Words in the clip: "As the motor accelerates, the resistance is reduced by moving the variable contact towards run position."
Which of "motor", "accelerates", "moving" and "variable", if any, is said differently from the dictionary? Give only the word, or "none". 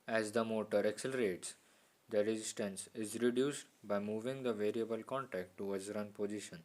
none